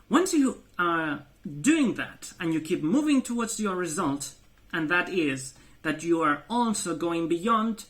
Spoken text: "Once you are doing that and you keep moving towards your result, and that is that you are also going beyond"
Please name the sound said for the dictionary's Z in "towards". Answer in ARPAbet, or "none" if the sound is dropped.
Z